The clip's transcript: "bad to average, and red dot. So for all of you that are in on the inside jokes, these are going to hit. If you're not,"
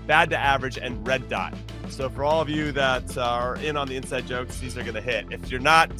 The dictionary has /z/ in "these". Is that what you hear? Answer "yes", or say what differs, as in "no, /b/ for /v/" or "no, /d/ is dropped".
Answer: yes